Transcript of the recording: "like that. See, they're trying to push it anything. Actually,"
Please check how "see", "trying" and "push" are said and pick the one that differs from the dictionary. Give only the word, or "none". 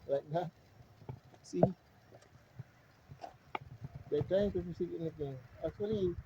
push